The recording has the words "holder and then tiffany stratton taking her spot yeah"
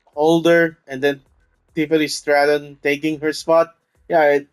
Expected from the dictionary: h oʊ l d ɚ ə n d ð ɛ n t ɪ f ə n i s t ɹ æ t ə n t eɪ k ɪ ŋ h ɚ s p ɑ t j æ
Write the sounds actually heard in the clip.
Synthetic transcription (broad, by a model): oʊ l d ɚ ə n d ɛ n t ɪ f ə l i s t ɹ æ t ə n t eɪ k ɪ ŋ h ɚ s p ɑ t j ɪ